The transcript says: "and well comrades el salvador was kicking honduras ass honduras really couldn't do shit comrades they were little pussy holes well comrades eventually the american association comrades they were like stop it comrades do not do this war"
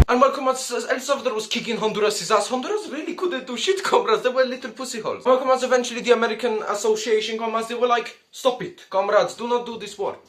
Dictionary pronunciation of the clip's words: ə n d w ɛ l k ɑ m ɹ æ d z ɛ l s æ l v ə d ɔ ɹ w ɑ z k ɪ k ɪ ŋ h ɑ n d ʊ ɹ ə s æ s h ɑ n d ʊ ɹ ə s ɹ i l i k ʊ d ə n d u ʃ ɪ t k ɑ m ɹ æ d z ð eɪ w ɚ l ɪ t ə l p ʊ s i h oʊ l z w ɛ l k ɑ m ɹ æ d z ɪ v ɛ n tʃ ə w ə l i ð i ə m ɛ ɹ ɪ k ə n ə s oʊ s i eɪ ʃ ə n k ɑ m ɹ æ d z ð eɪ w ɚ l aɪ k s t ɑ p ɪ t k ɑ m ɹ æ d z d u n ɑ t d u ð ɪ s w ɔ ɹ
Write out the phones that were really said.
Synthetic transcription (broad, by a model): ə n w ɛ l k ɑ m ɑ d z ɛ l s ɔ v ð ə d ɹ w ɑ z k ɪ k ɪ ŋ h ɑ n d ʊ ɹ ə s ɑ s h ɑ n d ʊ ɹ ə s ɹ i l i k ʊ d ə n d u ʃ ɪ t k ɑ m ɹ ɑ d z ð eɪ w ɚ l ɪ t ə l p ʊ s i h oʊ l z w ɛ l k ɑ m ɑ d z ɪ v ɛ n tʃ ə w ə l i ð i ə m ɛ ɹ ɪ k ə n ə s oʊ s i eɪ ʃ ə n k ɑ m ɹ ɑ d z ð eɪ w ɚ l aɪ k s t ɑ p ɪ t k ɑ m ɹ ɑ d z d u n ɑ t d u ð ɪ s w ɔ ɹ